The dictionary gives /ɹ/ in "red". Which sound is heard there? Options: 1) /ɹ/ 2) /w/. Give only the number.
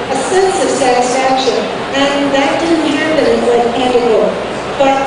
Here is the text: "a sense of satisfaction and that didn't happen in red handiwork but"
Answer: 2